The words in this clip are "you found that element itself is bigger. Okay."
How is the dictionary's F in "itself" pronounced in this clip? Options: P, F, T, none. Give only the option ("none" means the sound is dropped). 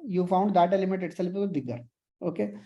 P